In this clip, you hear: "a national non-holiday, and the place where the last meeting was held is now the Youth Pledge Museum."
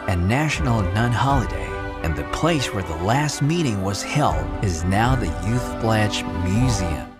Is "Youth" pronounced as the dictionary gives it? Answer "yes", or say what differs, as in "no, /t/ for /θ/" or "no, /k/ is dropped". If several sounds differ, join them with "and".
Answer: yes